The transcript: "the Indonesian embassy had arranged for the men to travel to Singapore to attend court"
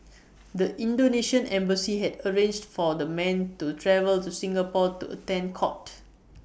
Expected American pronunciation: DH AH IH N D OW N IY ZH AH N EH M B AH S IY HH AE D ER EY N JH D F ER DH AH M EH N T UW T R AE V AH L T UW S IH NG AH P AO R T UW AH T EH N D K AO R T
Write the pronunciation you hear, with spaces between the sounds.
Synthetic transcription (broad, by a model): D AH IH N D OW N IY SH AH N EH M B AH S IY HH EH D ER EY N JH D F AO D AH M EH N T UW T R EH V AH L T UW S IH NG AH P AO T UW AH T EH N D K AO T